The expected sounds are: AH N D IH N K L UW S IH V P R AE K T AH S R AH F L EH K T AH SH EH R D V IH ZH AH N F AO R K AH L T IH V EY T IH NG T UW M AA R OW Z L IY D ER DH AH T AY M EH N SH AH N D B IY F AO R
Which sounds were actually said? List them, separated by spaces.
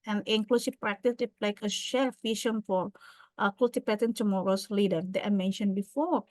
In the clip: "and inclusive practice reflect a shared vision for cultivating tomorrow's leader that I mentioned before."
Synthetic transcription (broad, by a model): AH N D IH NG K L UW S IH P R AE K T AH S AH L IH K AH SH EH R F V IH SH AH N F AO R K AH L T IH P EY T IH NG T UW M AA R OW S L IY D ER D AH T AY M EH N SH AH N B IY F AO R